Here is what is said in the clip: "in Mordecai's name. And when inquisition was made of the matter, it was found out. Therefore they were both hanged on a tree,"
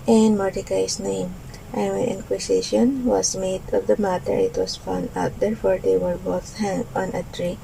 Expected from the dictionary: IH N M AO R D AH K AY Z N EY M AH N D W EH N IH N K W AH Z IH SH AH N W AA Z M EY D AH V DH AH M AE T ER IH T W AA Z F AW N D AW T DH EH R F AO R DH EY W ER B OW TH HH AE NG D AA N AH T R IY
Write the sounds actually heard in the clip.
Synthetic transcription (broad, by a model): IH N M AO R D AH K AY S N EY M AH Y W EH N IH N K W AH S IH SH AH N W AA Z M EY D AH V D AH M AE T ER IH T W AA S F AW N D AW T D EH R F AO R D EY W ER B OW TH HH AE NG AA N AH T R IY